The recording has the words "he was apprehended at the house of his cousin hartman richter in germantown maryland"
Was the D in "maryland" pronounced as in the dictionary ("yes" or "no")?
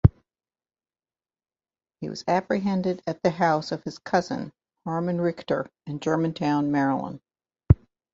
no